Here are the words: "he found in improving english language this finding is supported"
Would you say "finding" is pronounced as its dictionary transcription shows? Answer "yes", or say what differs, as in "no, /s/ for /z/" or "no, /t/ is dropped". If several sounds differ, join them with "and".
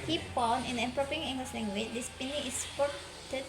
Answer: no, /p/ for /f/